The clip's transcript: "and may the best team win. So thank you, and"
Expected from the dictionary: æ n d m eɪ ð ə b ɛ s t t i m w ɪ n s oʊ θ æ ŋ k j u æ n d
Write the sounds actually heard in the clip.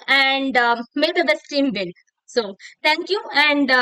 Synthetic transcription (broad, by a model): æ n d m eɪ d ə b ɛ s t t i m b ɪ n s oʊ t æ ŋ k j u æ n d